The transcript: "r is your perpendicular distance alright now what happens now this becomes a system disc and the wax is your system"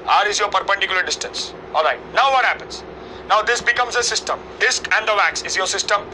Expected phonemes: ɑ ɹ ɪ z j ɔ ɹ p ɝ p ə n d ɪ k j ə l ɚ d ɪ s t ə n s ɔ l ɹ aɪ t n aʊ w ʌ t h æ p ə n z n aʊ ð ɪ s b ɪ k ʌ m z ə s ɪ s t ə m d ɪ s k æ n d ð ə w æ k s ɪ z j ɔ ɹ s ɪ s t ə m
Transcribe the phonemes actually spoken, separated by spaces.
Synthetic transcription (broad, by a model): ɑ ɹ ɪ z j ɔ ɹ p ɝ p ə n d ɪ k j l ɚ d ɪ s t ə n s ɔ l ɹ aɪ t n aʊ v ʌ t h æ p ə n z n aʊ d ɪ s b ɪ k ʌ m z ə s ɪ s t ə m d ɪ s k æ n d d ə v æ k s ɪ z j ɔ ɹ s ɪ s t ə m